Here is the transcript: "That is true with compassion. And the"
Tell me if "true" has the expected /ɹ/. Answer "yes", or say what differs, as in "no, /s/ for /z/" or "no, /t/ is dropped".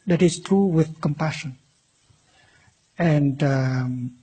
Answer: yes